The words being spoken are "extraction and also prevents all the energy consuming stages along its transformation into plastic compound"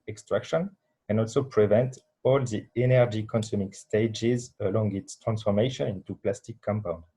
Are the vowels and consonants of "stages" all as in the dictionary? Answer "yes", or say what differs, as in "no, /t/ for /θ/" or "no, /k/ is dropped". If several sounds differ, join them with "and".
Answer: yes